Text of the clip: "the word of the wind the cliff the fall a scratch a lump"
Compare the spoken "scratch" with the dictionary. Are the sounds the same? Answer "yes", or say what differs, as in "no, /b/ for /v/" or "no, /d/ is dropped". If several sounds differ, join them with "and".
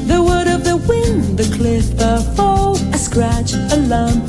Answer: yes